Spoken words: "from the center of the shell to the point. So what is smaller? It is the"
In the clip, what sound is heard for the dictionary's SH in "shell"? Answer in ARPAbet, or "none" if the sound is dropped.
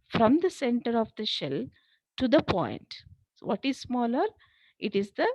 SH